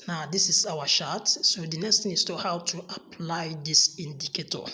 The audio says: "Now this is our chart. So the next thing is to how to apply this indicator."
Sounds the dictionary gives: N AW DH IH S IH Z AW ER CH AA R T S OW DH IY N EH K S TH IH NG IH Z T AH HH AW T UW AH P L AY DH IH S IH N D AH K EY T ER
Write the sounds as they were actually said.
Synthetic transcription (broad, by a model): N AW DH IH S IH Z AW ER SH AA T S OW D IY N EH K S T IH S T AH HH AW T UW AH P L AY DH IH S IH N D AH K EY T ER